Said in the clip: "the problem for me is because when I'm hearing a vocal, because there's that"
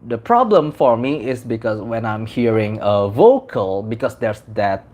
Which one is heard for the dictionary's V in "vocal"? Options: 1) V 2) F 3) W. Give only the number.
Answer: 1